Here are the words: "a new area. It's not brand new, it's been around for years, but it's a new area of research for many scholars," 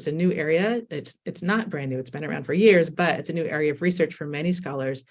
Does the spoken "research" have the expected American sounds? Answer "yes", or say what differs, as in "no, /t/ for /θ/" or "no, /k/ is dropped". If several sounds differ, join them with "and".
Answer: yes